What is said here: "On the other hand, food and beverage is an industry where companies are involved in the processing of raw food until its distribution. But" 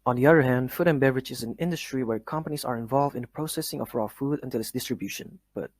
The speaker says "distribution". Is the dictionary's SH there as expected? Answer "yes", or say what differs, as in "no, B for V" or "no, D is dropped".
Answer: yes